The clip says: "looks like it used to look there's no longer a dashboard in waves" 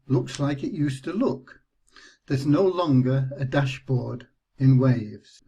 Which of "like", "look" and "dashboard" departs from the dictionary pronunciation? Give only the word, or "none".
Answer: none